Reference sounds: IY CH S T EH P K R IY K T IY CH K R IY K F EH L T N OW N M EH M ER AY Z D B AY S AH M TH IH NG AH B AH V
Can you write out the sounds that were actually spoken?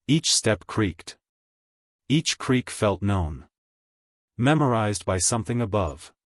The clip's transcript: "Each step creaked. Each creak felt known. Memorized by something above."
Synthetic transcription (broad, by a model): IY CH S T EH P K R IY K T IY CH K R IY K F EH L T N OW N M EH M ER AY Z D B AY S AH M TH IH NG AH B AH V